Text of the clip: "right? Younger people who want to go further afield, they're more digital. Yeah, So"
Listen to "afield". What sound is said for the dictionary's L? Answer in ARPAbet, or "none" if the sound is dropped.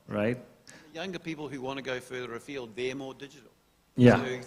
L